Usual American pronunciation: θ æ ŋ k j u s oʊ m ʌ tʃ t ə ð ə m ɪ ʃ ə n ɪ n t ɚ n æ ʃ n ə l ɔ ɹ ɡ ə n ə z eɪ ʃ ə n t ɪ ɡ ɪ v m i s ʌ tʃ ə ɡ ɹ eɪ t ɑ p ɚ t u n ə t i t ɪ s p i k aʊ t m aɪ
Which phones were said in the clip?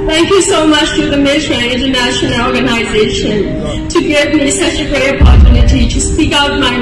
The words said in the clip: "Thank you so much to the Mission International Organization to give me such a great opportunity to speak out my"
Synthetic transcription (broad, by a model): θ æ ŋ k j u s oʊ m ʌ tʃ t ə ð ə m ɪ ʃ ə ɪ n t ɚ n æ ʃ n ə l ɔ ɹ ɡ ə n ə z eɪ ʃ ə n t ɪ ɡ ɪ v m i s ʌ tʃ ə ɡ ɹ eɪ t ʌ p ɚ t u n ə t i t ɪ s p i k aʊ t m aɪ